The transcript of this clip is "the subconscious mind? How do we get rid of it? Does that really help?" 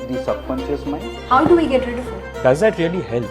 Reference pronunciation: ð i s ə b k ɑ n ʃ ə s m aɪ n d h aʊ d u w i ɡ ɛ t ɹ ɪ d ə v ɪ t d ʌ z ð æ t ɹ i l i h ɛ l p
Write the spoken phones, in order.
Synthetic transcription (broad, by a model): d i s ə k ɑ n s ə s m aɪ h aʊ d u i ɡ ɛ t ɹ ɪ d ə f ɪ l d ʌ z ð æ t ɹ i l i h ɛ l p